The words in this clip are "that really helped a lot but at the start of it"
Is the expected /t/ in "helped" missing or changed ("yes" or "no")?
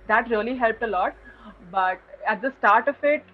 no